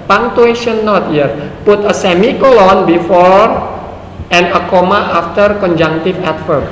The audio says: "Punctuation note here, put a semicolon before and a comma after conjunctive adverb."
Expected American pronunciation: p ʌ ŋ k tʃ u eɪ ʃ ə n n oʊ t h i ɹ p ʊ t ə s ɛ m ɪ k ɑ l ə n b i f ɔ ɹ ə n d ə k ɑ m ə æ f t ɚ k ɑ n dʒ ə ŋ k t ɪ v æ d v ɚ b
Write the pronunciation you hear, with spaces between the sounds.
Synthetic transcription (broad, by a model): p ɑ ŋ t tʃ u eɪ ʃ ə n n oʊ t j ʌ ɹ p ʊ t ə s ɛ m ɪ k ɑ l ə n b i f ɔ ɹ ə n ə k ɑ m ə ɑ f t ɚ k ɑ n dʒ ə ŋ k t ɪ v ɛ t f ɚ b